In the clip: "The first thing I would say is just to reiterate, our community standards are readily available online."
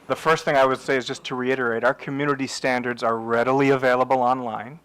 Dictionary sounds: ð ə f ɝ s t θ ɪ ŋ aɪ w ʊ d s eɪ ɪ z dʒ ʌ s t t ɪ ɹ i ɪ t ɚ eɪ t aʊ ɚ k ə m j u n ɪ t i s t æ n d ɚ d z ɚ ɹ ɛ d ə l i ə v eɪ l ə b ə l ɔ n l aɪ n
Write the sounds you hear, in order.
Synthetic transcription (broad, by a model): ð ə f ɝ s t θ ɪ ŋ aɪ w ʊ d s eɪ ɪ z dʒ ʌ s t t ɪ ɹ i ɪ t ɚ eɪ t aʊ ɚ k ə m j u n ɪ t i s t æ n d ɚ d z ɚ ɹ ɛ d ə l i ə v eɪ l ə b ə l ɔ n l aɪ n